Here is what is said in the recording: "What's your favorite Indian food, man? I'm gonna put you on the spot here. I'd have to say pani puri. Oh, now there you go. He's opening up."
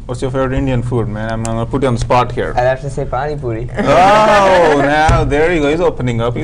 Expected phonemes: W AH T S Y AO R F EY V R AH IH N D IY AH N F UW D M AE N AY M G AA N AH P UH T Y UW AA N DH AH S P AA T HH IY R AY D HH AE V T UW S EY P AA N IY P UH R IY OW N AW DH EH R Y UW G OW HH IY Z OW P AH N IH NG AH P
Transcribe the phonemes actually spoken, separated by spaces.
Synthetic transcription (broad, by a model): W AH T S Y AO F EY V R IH N D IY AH N F UW D M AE N AY M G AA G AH P UH T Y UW AA N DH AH S P AA T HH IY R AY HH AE F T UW S EY P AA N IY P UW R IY OW N AW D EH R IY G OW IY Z OW P AH N IH NG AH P